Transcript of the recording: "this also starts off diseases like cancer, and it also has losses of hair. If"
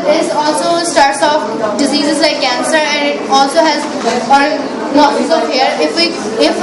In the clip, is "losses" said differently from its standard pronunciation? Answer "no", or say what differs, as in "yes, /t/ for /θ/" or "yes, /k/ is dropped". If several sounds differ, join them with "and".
yes, /n/ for /l/